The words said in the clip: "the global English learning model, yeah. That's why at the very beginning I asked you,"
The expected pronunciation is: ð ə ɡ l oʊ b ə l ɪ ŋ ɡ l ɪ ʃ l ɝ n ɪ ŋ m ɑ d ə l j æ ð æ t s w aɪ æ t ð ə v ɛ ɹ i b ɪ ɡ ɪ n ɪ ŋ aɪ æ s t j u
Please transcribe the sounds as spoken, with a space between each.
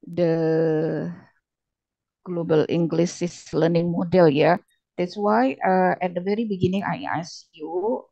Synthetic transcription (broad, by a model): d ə ɡ l oʊ b ə l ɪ ŋ ɡ l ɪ s l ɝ n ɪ ŋ m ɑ d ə l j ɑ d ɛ t s w aɪ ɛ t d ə v ɛ ɹ i b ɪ ɡ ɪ n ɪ ŋ aɪ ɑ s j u